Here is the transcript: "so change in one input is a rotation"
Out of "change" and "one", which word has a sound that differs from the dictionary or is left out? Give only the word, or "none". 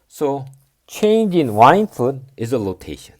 one